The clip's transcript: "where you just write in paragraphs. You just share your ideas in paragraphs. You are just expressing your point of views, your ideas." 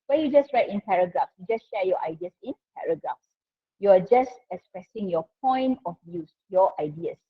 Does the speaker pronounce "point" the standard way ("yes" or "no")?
yes